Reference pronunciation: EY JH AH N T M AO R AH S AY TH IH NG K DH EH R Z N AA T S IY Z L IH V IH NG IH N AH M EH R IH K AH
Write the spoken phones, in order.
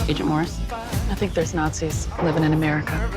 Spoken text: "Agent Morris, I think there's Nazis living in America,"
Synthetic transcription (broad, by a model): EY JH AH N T M AO R AH S AY TH IH NG K DH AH R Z N AA T S IY Z L IH V IH NG IH N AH M EH R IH K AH